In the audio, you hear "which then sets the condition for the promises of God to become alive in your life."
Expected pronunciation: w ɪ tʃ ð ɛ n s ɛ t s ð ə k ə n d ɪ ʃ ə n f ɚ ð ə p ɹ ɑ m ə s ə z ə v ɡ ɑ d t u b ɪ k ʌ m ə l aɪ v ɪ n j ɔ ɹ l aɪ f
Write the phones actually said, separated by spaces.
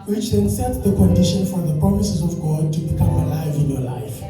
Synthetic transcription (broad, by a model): w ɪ tʃ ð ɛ n s ɛ t s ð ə k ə n d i ʃ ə n f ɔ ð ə p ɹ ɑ m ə s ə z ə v ɡ ɑ d t u b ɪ k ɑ m ə l aɪ v ɪ n j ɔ l aɪ f